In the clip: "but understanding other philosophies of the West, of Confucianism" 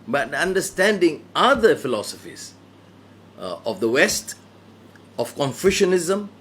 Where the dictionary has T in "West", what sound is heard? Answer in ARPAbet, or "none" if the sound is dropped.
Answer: T